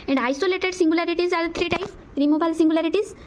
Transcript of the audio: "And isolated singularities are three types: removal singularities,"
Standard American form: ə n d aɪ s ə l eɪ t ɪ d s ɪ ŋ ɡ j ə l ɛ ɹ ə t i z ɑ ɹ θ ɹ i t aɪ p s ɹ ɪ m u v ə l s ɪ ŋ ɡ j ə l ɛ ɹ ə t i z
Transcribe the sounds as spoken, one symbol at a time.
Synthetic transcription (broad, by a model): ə n d aɪ s ə l eɪ t ɪ d s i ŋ ɡ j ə l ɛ ɹ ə t i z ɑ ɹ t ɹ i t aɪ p ɹ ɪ m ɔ b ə l s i ŋ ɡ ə l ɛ ɹ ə t i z